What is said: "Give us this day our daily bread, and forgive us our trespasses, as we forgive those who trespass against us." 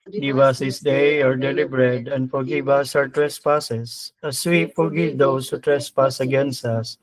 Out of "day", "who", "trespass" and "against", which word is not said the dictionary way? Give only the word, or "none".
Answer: none